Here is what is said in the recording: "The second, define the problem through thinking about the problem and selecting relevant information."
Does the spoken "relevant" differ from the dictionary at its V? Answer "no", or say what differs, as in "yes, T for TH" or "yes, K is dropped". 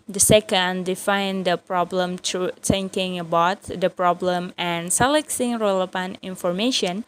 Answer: yes, P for V